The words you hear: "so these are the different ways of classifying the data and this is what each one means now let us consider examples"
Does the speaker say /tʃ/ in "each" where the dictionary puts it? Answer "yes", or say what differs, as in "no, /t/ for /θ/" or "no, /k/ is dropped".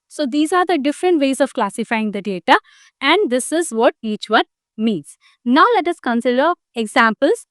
yes